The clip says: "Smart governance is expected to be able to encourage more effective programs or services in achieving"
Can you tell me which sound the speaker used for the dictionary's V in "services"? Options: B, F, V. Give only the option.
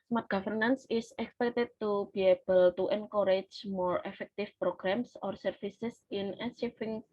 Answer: F